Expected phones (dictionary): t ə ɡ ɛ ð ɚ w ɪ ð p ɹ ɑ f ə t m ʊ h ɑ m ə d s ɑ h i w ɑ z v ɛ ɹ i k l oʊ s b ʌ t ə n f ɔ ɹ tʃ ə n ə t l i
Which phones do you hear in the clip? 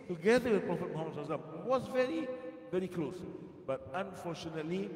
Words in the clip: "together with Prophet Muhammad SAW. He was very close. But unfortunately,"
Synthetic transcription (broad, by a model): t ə ɡ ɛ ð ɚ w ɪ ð p ɹ ɑ f ə t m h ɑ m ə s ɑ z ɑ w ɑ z v ɛ ɹ i k l oʊ s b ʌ t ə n f ɔ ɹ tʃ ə n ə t l i